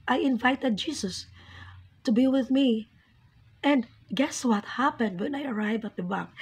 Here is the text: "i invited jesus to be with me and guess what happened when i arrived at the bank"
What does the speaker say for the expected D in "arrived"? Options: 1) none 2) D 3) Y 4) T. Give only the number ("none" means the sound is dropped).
1